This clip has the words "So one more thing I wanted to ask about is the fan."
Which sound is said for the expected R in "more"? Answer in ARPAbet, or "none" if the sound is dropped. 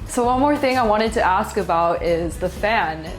R